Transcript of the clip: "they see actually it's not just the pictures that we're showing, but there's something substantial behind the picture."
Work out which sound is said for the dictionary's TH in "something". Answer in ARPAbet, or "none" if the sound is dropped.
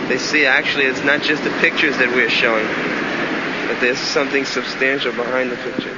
TH